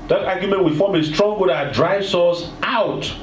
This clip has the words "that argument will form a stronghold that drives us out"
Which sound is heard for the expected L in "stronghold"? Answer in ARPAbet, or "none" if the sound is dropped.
none